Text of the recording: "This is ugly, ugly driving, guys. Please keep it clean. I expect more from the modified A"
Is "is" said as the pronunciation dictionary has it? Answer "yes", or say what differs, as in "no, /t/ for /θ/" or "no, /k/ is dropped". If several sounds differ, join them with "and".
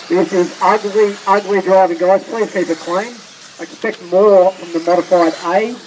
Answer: yes